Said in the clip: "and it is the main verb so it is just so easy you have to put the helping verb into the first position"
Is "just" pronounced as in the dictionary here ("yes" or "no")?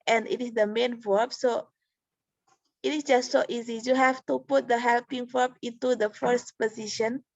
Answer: yes